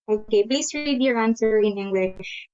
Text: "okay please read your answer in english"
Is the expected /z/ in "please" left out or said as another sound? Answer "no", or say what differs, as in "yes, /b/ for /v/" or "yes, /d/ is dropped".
yes, /s/ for /z/